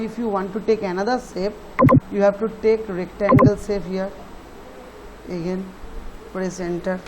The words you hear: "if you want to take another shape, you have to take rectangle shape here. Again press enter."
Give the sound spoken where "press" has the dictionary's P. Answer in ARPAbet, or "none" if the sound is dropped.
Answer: F